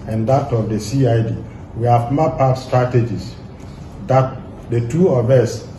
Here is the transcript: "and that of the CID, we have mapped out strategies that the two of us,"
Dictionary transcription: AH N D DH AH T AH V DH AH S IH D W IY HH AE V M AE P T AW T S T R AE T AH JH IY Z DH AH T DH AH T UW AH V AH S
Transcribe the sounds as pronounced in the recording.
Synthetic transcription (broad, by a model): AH N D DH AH T AH V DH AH S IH D W IY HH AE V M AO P AW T S T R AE T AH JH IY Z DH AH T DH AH T UW AH V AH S